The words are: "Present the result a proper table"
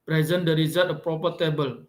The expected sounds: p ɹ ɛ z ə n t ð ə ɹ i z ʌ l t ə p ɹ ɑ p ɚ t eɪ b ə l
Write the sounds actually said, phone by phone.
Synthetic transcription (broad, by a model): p ɹ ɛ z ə n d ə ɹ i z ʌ t ə p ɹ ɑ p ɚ t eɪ b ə l